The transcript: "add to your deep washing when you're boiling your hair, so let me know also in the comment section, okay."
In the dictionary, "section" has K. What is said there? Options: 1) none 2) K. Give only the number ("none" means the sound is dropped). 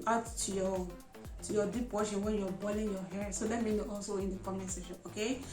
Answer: 1